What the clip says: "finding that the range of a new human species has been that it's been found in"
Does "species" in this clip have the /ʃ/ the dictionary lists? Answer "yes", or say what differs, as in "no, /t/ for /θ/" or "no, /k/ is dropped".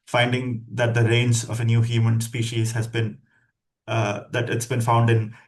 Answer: yes